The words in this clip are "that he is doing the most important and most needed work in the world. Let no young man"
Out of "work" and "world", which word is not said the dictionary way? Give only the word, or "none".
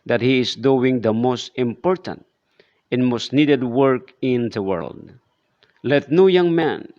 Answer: none